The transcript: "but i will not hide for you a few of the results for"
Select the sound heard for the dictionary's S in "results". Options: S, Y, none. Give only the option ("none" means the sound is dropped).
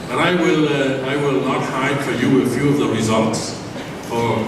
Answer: S